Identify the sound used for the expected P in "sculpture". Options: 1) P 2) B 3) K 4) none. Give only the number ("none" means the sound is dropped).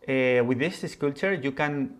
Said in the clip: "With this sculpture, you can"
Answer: 4